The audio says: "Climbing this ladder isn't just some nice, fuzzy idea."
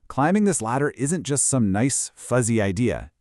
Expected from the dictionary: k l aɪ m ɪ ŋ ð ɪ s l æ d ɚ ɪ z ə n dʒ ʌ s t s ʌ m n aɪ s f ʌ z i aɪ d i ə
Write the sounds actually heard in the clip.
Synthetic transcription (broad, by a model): k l aɪ m ɪ ŋ ð ɪ s l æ d ɚ ɪ z ə n dʒ ʌ s t s ʌ m n aɪ s f ʌ z i aɪ d i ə